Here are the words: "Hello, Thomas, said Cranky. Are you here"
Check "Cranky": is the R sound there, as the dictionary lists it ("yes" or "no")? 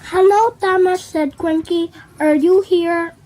no